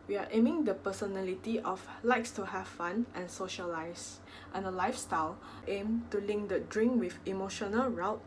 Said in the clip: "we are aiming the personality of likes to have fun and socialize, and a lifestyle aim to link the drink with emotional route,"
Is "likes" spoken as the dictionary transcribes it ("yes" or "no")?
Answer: yes